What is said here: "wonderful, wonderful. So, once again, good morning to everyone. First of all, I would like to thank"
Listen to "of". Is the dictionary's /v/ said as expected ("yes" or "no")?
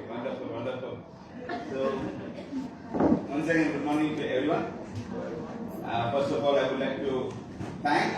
no